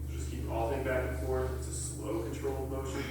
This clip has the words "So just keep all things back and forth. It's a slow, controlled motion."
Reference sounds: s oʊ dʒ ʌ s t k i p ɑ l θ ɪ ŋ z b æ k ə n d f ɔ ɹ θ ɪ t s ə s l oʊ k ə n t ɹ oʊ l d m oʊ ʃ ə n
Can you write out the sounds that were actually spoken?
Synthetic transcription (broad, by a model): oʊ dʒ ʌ s k i p ɑ l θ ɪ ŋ b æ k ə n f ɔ ɹ t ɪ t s ə s l oʊ k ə n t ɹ oʊ l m oʊ ʃ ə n